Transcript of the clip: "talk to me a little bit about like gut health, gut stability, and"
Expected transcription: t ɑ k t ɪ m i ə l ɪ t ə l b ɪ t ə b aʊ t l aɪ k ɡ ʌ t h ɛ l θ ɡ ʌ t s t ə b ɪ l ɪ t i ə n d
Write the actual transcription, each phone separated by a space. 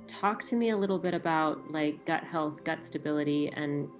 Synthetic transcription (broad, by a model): t ɑ k t ɪ m i ə l ɪ t l b ɪ t ə b aʊ t l aɪ k ɡ ʌ t h ɛ l θ ɡ ʌ t s t ə b ɪ l ɪ t i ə n